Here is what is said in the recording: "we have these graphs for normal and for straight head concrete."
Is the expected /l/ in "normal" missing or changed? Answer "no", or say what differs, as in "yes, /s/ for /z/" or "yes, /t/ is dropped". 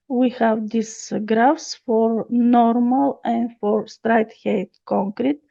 no